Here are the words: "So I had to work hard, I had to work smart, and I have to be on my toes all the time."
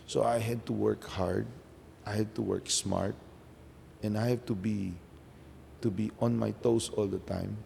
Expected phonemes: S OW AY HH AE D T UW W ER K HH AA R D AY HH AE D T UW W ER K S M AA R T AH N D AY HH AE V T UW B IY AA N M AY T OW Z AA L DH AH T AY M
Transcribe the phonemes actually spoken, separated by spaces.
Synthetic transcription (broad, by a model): S OW AY HH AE D T UW W ER K HH AA R D AY HH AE D T UW W ER K S M AA R T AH N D AY HH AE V T UW B IY AA N M AY T OW S AA L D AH T AY M